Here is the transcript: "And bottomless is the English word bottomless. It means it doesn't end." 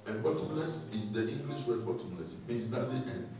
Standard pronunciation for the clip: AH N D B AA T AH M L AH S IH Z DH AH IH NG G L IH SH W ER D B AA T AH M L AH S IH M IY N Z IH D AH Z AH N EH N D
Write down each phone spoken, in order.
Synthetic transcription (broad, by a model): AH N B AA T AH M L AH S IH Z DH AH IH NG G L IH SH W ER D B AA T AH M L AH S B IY Z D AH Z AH EH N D